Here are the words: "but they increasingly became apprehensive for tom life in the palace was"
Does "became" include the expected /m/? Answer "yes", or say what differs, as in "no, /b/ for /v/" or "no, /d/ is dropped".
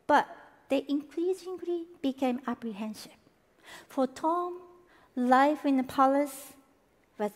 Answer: yes